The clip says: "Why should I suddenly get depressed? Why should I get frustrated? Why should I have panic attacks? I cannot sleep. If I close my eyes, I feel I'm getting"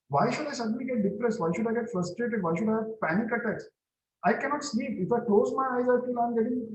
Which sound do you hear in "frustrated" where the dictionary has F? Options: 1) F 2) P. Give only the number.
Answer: 1